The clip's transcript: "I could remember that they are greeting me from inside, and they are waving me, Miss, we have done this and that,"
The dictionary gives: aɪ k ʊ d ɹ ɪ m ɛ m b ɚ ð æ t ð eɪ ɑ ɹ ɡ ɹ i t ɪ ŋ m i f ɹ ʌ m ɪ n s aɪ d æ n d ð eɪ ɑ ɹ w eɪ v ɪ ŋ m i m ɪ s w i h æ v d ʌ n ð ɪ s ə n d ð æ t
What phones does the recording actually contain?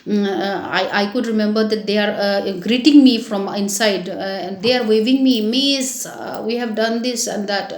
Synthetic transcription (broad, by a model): aɪ k ʊ d ɹ ɪ m ɛ m b ɚ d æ t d eɪ ɑ ɹ ɡ ɹ i t ɪ ŋ m i f ɹ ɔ m ɪ n s aɪ d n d eɪ ɑ ɹ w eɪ v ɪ ŋ m i m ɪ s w i h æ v d ʌ n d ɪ s ə n d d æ t